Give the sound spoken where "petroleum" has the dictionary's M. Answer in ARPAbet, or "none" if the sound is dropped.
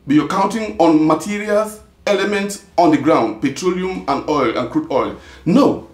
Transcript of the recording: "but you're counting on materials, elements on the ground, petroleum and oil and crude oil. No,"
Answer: M